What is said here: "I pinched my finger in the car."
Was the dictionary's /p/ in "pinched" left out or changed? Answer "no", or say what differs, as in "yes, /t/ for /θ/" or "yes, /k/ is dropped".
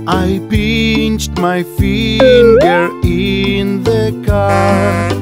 yes, /b/ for /p/